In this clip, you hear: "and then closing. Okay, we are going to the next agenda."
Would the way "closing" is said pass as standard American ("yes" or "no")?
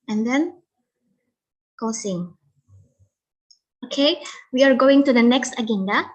no